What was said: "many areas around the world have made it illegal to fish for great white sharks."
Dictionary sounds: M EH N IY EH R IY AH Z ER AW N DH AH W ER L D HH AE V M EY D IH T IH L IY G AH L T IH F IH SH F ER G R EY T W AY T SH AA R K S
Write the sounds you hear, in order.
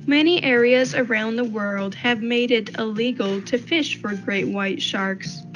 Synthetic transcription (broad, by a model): M EH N IY EH R IY AH Z ER AW N DH AH W ER L D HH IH V M EY D IH T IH L IY G L T IH F IH SH F ER G R EY T W AY T SH AA R K S